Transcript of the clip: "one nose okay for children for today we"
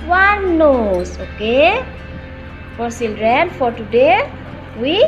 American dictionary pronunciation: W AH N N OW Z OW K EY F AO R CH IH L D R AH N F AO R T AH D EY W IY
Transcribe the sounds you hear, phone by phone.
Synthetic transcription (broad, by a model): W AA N N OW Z OW K EY F AO R S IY L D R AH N F AO R T AH D EY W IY